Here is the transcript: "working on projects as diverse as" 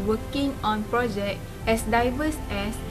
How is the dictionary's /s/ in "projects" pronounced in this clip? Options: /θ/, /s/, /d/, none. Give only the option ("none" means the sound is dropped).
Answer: none